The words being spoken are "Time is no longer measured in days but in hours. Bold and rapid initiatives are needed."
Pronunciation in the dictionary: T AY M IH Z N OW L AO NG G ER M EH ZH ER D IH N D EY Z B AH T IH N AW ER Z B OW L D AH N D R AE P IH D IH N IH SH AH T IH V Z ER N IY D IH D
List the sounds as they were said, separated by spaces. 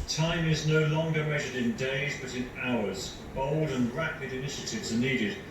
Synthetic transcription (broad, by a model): T AY M IH Z N OW L AO NG G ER M EH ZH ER D IH N D EY Z B AH T IH N AW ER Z B OW L D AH N R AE P IH D IH N IH SH AH T IH V Z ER N IY D IH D